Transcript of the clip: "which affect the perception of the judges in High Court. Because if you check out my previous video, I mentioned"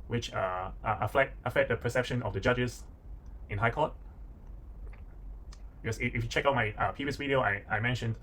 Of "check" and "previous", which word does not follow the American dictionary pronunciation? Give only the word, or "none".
previous